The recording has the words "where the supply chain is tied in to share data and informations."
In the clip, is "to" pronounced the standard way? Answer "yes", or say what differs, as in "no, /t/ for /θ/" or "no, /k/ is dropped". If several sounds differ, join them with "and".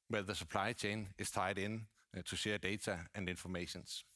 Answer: no, /s/ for /t/